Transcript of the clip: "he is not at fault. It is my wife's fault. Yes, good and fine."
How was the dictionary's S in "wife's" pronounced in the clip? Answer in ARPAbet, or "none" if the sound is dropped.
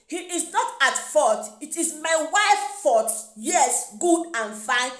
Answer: none